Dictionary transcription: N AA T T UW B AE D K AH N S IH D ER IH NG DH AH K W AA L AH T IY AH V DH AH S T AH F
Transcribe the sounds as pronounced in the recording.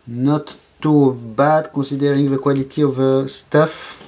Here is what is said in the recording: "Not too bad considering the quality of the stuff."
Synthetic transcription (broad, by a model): N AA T T UW B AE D K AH S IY D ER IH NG DH AH K W AA L AH T IY AH V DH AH S T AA F